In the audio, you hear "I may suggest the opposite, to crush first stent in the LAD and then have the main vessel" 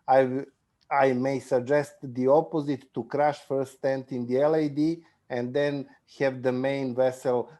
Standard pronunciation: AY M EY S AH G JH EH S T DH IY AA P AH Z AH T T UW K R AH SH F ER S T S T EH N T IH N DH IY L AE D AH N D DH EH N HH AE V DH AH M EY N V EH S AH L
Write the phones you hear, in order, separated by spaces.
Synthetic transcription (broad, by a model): AY M EY S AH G JH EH S T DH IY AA P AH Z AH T T UW K R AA SH F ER T S T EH N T IH N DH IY L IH D AH N D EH N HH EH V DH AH M EY N V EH S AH L